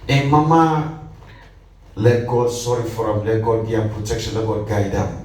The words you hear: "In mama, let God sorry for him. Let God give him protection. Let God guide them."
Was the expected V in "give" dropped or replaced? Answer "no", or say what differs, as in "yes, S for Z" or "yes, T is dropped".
yes, V is dropped